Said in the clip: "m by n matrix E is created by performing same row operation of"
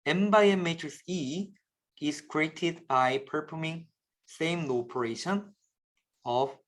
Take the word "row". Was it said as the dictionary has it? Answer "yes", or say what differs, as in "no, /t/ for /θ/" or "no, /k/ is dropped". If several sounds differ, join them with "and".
no, /l/ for /ɹ/